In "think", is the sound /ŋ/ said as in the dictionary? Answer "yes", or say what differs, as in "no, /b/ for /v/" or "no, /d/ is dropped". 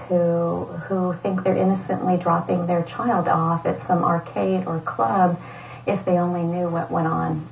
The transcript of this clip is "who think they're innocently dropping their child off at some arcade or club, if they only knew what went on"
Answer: yes